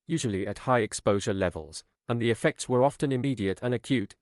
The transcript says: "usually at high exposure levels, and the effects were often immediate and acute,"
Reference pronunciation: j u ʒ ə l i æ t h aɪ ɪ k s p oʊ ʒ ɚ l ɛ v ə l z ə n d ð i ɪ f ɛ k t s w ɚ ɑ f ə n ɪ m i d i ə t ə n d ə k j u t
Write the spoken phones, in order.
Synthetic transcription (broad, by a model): j u ʒ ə l i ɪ t h aɪ ɪ k s p oʊ ʒ ɚ l ɛ v ə l z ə n ð i ɪ f ɛ k t s w ɚ ɑ f ə n ɪ m i d i ə t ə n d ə k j u t